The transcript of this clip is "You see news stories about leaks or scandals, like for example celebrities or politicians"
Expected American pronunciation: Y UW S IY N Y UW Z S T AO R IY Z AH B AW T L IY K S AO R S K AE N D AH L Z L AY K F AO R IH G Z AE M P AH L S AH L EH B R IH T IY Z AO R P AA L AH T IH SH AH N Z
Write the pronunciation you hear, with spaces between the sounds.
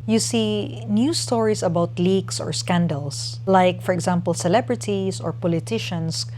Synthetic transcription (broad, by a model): Y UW S IY N Y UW S T AO R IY S AH B AW T L IY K S AO R S K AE N D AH L S L AY K F AO R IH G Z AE M P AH L S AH L EH B R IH T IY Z AO R P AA L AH T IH SH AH N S